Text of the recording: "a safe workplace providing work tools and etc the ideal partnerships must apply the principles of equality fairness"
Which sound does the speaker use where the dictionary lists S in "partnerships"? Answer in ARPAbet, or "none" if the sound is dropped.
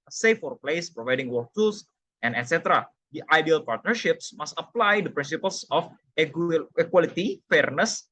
S